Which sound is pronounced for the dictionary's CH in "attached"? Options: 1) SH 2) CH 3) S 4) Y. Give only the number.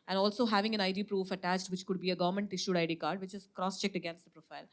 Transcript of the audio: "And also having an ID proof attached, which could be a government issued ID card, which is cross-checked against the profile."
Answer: 2